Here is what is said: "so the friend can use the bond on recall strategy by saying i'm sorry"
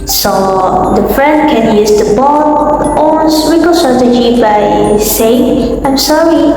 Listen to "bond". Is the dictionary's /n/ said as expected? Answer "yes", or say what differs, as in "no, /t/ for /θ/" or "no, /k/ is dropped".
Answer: no, /n/ is dropped